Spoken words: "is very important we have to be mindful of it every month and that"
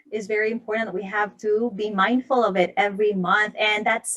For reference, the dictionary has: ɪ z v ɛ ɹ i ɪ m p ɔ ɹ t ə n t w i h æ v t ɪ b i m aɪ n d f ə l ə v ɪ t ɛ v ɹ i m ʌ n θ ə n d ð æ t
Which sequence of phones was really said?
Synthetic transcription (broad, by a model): ɪ z v ɛ ɹ i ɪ m p ɔ ɹ t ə t w i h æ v t ɪ b i m aɪ n d f ə l ə v ɪ t ɛ v ɹ i m ʌ n θ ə n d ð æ t